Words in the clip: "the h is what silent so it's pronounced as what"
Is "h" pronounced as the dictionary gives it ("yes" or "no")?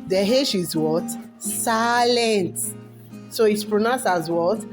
no